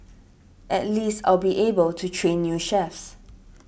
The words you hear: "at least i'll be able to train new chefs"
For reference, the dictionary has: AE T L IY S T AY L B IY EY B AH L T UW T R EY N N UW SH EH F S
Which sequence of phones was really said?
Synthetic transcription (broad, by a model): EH T L IY S T AY L B IY EY B AH L T UW T R EY N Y UW SH EH F S